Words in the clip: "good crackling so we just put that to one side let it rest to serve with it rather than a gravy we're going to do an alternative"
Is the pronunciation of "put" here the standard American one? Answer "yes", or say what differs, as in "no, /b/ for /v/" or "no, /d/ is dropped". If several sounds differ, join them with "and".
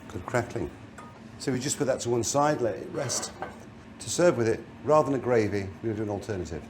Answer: yes